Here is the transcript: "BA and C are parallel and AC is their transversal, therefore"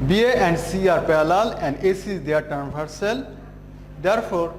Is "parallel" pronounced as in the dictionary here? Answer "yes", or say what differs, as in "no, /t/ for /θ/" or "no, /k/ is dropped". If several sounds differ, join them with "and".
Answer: no, /l/ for /ɹ/